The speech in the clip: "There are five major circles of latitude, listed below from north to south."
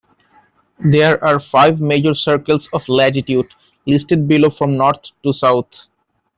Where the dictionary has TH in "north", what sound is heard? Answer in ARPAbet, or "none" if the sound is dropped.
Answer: T